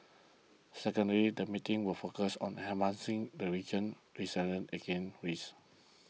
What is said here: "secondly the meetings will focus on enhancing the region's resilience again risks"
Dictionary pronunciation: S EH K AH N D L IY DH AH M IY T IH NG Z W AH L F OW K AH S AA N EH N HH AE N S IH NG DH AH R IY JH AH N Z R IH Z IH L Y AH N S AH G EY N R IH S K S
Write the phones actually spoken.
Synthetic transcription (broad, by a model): S EH K AH N D L IY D AH M IY T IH NG W AH L F OW K AH S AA N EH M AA N S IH NG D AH R IY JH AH N R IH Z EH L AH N AH G EY N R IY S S